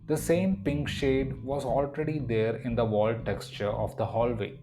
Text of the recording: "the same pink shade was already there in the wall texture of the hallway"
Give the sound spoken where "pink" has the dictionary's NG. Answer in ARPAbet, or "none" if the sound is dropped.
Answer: NG